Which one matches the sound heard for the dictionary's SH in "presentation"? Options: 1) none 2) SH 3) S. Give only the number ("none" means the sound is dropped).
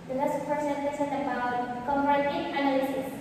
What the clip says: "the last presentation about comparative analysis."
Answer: 3